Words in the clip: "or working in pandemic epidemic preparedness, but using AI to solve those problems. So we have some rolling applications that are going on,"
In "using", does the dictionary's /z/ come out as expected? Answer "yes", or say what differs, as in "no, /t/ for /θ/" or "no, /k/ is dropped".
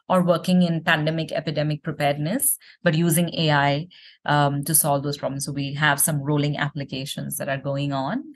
yes